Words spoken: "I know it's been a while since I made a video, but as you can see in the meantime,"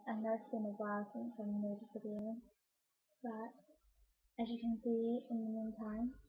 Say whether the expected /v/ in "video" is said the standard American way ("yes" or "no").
no